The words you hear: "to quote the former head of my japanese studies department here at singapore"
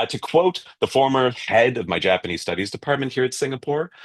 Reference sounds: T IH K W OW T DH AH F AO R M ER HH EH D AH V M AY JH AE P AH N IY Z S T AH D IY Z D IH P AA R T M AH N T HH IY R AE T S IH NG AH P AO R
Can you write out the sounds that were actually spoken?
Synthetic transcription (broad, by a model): T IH K W OW T DH AH F AO R M ER HH EH D AH V M AY JH AE P AH N IY Z S T AH D IY Z D IH P AA R T M AH N T HH IY R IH T S IH NG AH P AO R